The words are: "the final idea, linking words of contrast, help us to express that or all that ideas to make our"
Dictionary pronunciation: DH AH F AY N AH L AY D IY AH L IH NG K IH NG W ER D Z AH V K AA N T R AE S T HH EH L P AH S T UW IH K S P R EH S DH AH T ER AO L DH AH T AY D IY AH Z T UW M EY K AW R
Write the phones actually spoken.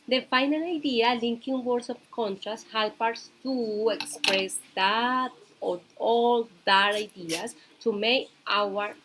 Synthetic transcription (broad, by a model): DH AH F AY N AH L AY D IY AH L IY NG K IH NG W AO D S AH P K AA N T R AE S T HH EH L P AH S T UW IH K S P R EH S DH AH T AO AO L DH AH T AY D IY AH S T UW M EY K AW R